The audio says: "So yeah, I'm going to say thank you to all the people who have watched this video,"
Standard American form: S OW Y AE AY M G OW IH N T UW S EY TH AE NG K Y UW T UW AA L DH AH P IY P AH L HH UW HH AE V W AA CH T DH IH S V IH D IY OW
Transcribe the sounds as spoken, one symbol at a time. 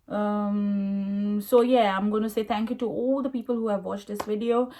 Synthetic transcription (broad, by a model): S OW Y AE AY M G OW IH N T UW S EY T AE NG K Y UW T UW AA L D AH P IY P AH L HH UW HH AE V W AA CH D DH IH S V IH D IY OW